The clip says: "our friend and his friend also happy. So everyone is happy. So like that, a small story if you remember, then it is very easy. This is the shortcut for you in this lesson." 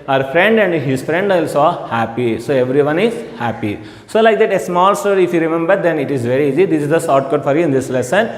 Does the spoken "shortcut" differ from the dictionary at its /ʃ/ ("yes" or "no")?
yes